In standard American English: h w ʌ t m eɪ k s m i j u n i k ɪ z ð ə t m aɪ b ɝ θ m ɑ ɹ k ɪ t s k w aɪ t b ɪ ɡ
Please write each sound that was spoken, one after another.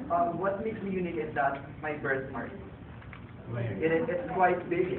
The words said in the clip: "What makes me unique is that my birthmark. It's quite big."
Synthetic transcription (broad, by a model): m w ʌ t m eɪ k s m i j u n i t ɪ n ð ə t m aɪ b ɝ s m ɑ ɹ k ɪ t s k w aɪ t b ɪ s